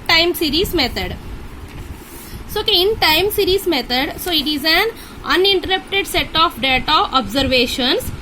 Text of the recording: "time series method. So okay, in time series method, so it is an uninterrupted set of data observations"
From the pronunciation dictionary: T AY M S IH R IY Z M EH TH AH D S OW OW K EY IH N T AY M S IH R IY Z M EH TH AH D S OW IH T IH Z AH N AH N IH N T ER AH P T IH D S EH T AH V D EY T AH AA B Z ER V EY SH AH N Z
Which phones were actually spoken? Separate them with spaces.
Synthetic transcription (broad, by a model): T AY M S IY R IY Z M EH T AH D S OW OW K EY IH N T AY M S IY R IY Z M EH T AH D S OW IH T IH Z AH N AH N IH N T ER AH P T IH D S EH T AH F D EY T AH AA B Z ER V EY SH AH N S